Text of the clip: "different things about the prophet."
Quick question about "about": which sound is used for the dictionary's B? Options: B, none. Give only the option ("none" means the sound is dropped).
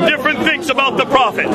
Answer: B